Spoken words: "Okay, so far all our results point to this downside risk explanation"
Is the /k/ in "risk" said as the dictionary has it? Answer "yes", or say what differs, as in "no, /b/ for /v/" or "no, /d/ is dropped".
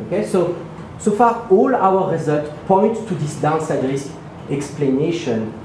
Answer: no, /k/ is dropped